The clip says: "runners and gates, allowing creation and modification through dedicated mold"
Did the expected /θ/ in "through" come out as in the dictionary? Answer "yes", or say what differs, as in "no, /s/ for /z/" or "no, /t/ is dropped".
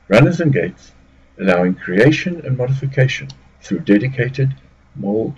yes